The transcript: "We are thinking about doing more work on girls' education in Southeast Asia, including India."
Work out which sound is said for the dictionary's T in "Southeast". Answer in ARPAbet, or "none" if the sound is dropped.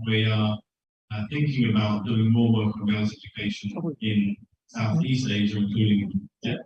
T